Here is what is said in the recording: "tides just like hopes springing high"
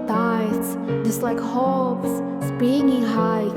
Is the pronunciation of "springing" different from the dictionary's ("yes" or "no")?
yes